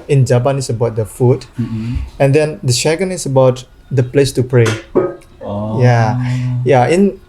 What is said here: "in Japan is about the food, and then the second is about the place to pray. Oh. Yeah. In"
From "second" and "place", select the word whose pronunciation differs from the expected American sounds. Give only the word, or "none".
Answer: second